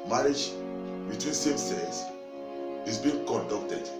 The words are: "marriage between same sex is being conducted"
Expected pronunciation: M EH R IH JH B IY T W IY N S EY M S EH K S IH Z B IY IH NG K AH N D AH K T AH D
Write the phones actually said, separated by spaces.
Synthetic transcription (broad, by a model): M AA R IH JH B IY T W IY N S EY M S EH S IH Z B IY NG K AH N D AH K T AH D